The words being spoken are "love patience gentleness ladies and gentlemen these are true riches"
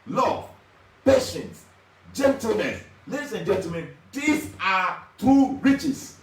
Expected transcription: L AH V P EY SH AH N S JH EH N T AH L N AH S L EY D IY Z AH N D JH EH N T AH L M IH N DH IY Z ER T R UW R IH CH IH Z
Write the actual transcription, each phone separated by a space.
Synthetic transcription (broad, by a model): L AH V P EY SH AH N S JH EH N T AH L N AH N L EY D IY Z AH N JH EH N T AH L M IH N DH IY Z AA T UW R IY CH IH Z